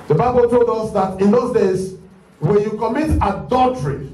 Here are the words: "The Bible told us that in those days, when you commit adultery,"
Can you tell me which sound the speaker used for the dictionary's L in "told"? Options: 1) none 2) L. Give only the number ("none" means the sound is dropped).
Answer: 2